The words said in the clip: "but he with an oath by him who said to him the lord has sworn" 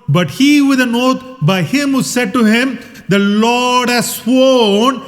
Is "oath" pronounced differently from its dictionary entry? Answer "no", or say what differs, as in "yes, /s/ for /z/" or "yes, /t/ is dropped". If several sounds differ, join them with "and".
yes, /t/ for /θ/